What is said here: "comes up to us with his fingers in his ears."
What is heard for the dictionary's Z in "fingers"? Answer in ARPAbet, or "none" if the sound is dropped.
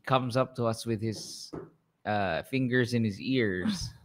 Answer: Z